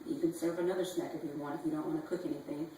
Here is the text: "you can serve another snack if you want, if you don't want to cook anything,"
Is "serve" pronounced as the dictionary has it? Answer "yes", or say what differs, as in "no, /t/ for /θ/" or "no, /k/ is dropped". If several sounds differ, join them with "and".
yes